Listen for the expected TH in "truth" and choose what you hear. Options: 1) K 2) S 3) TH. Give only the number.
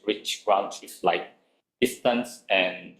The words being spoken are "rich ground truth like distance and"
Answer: 2